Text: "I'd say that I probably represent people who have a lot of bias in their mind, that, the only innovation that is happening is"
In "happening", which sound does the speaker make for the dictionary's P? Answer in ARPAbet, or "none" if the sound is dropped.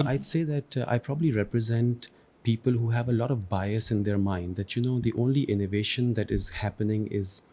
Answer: P